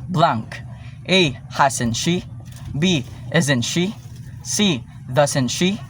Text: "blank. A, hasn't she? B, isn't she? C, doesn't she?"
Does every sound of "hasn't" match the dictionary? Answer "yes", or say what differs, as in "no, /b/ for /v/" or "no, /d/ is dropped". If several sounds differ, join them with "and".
no, /s/ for /z/